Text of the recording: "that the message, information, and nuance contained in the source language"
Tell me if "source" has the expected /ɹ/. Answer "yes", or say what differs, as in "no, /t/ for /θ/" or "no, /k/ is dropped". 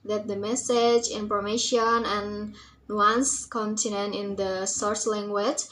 yes